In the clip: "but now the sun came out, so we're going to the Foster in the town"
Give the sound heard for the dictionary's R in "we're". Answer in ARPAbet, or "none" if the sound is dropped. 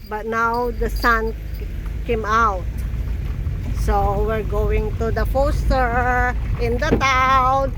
R